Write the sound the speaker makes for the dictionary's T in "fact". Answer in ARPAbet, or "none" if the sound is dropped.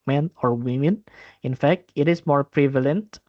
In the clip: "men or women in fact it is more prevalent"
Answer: T